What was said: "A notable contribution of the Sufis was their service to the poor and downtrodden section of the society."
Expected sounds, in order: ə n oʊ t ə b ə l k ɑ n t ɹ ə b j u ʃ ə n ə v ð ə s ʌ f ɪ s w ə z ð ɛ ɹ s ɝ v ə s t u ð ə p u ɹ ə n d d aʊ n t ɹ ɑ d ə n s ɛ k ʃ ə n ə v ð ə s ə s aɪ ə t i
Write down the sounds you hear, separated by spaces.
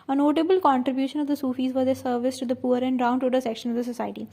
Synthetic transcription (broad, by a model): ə n oʊ t ə b ə l k ɑ n t ɹ ə b j u ʃ ə n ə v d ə s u f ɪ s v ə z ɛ s ɝ v ə s t u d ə p u ɹ ə n d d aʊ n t ɔ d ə s ɛ k ʃ ə n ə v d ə s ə s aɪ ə t i